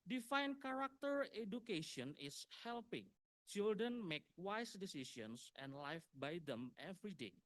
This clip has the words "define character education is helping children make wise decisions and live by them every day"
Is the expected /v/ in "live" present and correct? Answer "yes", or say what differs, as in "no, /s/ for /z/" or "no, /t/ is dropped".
no, /f/ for /v/